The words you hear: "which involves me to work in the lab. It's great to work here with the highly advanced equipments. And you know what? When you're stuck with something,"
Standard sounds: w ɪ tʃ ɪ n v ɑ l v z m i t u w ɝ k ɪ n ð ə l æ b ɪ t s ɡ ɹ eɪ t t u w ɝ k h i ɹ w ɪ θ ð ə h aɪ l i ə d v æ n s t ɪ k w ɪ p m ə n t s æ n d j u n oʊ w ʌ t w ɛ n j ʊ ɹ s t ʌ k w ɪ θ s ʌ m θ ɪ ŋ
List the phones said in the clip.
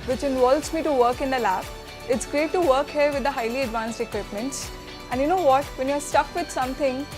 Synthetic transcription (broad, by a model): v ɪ tʃ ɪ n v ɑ l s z m i t u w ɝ k ɪ n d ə l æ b ɪ t s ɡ ɹ eɪ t t u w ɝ k h i ɹ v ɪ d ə h aɪ l i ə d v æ n s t ɪ k w ɪ p m ə n t s æ n d j u n oʊ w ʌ t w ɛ n j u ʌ s t ʌ k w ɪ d s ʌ m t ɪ ŋ